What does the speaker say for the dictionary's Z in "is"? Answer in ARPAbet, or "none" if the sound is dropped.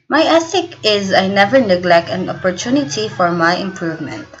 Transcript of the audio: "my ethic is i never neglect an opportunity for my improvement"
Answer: Z